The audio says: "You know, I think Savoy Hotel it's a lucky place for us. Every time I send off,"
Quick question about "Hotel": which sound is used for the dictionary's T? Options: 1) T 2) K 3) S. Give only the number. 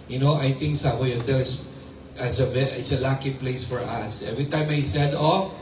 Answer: 3